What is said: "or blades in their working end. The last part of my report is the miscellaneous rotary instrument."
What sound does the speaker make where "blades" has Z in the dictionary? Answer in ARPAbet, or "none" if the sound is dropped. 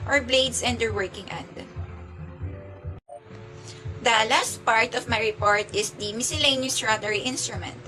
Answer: S